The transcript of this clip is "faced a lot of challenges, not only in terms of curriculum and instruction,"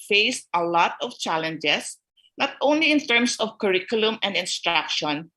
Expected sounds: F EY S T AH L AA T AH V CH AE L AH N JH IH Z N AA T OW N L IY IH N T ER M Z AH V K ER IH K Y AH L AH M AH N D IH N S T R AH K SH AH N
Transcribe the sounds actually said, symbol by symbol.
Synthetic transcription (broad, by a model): F EY S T AH L AA T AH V CH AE L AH N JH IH S N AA T OW N L IY IH N T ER M S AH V K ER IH K Y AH L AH M AH N D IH N S T R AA K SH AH N